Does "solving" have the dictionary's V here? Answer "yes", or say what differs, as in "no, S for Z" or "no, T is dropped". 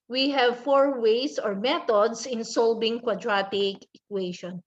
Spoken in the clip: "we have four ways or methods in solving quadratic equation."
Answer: no, B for V